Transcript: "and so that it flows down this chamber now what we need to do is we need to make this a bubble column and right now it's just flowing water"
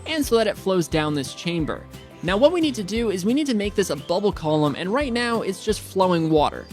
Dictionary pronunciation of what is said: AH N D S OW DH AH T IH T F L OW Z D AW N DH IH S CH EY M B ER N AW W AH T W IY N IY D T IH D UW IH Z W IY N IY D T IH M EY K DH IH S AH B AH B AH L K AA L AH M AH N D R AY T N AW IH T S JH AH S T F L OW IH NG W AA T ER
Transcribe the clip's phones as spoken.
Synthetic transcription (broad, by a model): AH N S OW DH AH T IH T F L OW Z D AW N DH IH S CH EY M B ER N AW W AH T W IY N IY D T IH D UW IH Z W IY N IY D T IH M EY K DH IH S AH B AH B L K AA L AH M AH N R AY T N AW IH T S JH AH S T F L OW IH NG W AA T ER